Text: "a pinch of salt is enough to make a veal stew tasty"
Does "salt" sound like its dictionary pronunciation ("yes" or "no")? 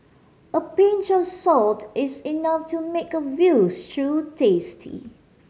yes